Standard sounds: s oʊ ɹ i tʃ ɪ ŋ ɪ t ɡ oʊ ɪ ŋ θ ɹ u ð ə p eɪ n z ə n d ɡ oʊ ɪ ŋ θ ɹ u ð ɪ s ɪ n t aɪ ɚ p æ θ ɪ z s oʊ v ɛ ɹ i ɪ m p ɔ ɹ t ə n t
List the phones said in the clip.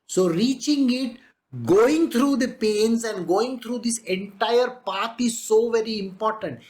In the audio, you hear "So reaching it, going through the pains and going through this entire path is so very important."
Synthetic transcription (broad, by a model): s oʊ ɹ i tʃ ɪ ŋ ɪ t ɡ oʊ ɪ ŋ t ɹ u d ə p eɪ n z ə n d ɡ oʊ ɪ ŋ t ɹ u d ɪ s ɪ n t aɪ ɚ p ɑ t ɪ z s oʊ v ɛ ɹ i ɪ m p ɔ ɹ t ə n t